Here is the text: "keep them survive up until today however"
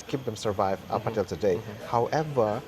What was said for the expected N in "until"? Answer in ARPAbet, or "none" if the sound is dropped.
none